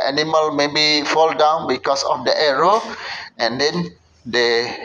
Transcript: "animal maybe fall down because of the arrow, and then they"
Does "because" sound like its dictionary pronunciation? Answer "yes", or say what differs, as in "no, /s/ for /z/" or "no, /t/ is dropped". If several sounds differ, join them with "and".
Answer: no, /s/ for /z/